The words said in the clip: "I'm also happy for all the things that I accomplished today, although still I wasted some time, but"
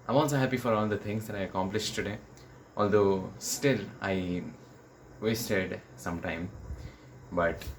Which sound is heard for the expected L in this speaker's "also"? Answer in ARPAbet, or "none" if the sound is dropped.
N